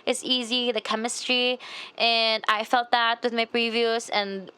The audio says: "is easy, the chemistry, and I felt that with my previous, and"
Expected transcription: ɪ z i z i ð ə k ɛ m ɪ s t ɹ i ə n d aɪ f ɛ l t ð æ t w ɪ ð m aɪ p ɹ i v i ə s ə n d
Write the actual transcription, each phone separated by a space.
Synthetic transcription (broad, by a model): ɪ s i z i ð ə k ɛ m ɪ s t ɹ i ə n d aɪ f ɛ l t ð æ t w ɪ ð m aɪ p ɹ i v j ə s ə n